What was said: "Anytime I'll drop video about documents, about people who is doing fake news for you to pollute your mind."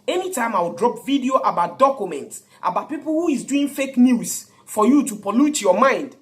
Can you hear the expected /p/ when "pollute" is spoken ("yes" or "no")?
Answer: yes